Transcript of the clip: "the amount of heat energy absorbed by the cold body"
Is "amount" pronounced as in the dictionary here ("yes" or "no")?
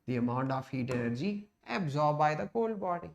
yes